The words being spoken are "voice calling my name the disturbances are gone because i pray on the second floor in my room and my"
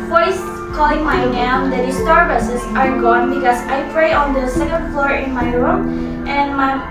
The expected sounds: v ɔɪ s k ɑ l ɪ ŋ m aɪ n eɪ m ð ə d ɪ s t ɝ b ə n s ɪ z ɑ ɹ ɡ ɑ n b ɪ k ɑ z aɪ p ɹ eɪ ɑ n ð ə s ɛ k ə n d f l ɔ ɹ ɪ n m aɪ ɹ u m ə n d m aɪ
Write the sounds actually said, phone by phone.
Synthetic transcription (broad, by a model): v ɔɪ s k ɑ l ɪ ŋ m aɪ n eɪ m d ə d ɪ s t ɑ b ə s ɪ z ɑ ɹ ɡ ɑ n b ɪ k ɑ s aɪ p ɹ eɪ ɑ n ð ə s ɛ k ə n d f l ɔ ɹ ɪ n m aɪ ɹ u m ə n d m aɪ